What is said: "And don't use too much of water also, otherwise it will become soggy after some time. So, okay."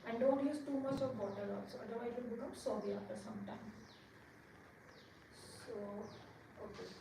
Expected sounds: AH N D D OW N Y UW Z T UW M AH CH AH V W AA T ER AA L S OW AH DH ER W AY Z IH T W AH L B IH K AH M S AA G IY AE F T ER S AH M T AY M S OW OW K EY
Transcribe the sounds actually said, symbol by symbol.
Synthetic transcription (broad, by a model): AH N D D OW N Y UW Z T UW M AH CH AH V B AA T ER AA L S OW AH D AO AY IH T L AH N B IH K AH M S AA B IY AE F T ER S AH M T AY M S OW OW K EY